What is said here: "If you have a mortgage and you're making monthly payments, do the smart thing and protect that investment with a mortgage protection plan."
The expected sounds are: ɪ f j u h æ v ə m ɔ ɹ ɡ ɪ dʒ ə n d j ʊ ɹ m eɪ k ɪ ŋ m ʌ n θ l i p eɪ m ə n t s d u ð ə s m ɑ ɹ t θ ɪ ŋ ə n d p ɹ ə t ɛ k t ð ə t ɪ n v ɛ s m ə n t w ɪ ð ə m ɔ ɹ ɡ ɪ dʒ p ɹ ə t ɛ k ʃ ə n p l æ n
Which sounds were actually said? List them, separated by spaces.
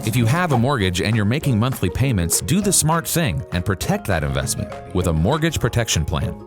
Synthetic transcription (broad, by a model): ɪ f j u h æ v ə m ɔ ɹ ɡ ɪ dʒ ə n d j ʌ ɹ m eɪ k ɪ ŋ m ʌ n θ l i p eɪ m ə n t s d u ð ə s m ɑ ɹ t θ ɪ ŋ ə n p ɹ ə t ɛ k t ð ə t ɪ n v ɛ s m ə n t w ɪ ð ə m ɔ ɹ ɡ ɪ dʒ p ɹ ə t ɛ k ʃ ə n p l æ n